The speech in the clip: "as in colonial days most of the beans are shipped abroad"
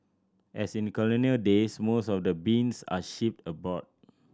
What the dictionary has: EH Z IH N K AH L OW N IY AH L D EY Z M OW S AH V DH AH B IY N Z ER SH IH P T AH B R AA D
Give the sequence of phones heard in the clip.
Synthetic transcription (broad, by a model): EH S IH N K AH L OW N IY AH L D EY S M OW S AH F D AH B IY N S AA SH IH P T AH B AA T